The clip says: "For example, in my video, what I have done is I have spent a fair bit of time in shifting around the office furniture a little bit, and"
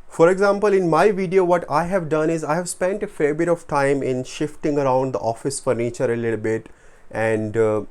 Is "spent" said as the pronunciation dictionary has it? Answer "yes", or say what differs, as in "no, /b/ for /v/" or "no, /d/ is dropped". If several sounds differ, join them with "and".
yes